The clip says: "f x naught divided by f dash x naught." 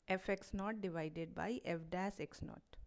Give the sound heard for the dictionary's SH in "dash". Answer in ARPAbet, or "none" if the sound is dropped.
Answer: S